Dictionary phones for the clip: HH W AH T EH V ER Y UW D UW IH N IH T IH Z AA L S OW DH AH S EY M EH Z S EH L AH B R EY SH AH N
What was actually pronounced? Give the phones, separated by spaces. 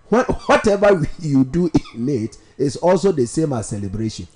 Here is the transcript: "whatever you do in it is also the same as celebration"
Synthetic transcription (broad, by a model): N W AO T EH V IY Y UW D UW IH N IH T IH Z AA L S OW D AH S EY M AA S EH L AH B R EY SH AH N